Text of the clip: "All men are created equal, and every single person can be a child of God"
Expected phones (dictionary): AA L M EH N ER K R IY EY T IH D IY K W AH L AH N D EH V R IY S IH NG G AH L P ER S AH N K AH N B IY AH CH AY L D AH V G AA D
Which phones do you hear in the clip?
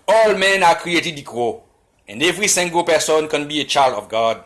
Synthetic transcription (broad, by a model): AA L M EH N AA K R IY EY T IH D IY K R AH AH N D EH V R IY S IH NG G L P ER S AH N K AH N B IY AH CH AY L D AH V G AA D